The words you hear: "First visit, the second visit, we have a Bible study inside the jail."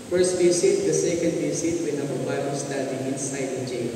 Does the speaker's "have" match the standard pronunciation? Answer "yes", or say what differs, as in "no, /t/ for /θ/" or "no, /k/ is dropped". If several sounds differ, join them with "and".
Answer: no, /b/ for /v/